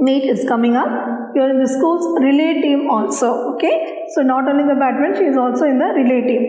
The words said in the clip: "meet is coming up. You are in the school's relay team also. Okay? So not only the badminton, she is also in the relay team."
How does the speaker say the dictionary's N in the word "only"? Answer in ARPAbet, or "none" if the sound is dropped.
none